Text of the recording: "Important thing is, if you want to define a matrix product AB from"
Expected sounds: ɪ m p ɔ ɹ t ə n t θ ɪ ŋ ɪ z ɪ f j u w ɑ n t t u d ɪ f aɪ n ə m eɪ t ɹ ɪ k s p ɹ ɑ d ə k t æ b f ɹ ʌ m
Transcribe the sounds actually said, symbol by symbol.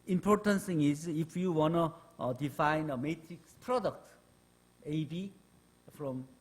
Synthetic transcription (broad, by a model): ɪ m p ɔ ɹ t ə n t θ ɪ ŋ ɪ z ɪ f j u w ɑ n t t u d ɪ f aɪ n ə m eɪ t ɹ ɪ k s p ɹ ɑ d ə k t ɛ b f ɹ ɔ m